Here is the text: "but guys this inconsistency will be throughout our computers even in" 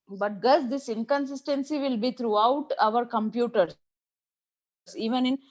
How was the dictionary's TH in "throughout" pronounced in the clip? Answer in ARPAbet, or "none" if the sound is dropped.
T